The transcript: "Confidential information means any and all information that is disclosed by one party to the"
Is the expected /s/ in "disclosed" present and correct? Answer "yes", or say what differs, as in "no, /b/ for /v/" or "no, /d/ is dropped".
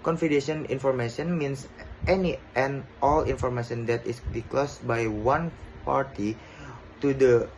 no, /s/ is dropped